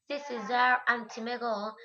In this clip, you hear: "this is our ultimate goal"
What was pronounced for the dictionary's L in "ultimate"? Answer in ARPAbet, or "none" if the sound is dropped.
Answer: N